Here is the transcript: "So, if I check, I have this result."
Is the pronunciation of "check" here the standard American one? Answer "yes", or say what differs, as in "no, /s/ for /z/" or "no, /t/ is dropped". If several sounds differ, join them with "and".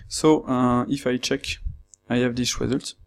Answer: yes